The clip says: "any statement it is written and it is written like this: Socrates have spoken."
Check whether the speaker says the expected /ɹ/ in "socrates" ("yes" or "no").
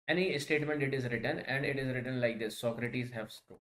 yes